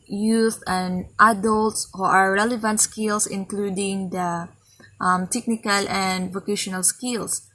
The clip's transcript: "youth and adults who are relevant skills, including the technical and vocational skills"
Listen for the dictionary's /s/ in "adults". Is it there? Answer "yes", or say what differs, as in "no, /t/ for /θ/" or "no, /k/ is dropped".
yes